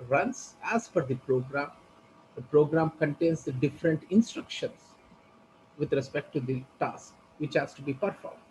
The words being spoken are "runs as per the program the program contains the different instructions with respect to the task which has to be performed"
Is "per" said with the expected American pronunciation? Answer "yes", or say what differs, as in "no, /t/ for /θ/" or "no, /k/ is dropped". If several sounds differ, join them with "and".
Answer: no, /f/ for /p/